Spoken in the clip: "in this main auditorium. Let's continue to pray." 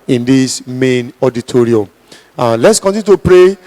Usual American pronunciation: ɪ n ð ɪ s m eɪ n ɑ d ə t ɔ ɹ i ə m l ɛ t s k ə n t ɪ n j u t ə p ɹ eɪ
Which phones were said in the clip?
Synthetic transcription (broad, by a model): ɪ n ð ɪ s m eɪ n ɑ d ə t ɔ ɹ i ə m l ɛ t s k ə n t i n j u t ə p ɹ eɪ